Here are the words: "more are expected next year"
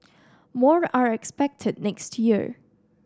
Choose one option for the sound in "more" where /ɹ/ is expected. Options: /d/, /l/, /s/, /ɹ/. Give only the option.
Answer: /ɹ/